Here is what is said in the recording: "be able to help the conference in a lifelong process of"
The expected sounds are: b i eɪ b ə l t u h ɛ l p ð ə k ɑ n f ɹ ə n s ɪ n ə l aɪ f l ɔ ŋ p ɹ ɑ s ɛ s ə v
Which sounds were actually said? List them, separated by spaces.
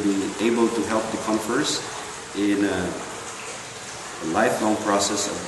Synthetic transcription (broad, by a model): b i eɪ b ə l t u h ɛ l p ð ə k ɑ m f ə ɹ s ɪ n ə l aɪ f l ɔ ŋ p ɹ ɑ s ɛ s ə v